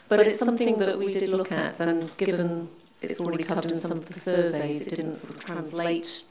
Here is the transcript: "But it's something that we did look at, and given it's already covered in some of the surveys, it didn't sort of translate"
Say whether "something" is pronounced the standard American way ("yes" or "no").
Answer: yes